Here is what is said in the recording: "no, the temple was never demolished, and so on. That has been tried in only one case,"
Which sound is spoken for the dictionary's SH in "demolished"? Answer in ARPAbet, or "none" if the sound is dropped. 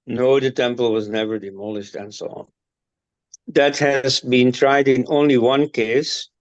SH